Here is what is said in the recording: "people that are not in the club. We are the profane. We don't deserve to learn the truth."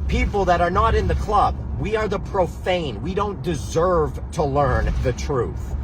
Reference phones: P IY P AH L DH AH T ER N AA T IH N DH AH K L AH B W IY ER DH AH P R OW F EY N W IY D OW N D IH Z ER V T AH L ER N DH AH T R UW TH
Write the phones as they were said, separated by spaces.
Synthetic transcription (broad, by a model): P IY P L DH AH T ER N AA T IH N DH AH K L AH B W IY ER DH AH P R OW F EY N W IY D OW N D IH Z ER V T AH L ER N DH AH T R UW TH